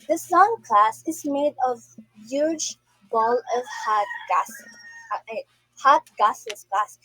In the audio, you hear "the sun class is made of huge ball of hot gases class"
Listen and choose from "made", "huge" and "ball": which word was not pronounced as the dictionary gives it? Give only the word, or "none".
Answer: none